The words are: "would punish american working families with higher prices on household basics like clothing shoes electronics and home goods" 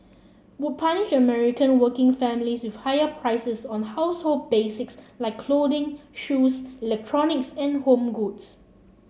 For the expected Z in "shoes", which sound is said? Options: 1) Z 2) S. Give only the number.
2